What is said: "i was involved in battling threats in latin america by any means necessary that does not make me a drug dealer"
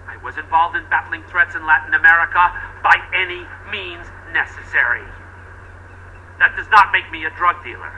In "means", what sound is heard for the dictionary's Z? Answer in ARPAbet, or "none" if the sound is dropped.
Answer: Z